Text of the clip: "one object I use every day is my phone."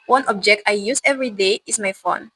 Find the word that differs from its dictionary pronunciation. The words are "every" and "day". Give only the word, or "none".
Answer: none